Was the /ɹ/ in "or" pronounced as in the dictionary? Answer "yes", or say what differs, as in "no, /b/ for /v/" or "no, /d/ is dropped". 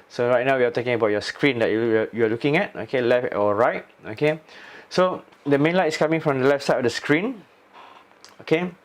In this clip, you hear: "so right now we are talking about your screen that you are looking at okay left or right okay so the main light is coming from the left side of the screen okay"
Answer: no, /l/ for /ɹ/